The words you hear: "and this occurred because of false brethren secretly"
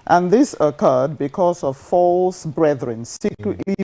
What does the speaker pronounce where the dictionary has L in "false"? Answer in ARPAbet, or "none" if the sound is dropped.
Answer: L